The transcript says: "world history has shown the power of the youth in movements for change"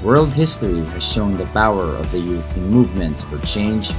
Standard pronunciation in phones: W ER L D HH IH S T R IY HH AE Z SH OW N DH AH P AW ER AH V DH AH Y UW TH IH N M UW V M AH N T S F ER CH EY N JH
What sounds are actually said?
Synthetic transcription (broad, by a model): W ER L D HH IH S T R IY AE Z SH OW N DH AH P AW ER AH V DH AH Y UW TH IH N M UW V M AH N T S F ER CH EY N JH